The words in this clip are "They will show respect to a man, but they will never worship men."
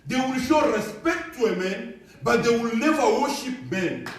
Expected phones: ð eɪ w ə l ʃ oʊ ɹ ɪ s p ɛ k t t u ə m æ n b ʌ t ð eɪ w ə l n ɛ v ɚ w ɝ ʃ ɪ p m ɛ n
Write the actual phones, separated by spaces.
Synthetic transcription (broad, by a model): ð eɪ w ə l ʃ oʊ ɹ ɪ s p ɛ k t t u ə m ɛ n b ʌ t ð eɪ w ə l l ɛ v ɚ w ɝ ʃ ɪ p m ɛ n